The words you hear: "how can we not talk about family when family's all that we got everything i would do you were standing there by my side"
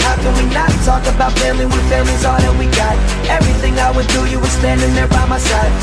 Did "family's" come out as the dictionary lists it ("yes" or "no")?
no